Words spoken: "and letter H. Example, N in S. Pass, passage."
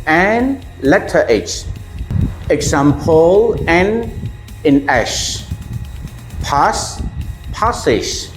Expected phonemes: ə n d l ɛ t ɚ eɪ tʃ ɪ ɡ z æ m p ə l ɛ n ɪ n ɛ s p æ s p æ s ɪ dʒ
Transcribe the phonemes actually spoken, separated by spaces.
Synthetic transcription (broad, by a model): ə n l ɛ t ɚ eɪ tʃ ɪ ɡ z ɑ m p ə l ɛ n ɪ n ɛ ʃ p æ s p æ s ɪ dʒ